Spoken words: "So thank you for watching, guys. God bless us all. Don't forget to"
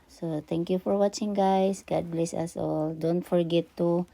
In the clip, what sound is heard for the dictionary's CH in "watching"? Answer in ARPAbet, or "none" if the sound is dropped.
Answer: CH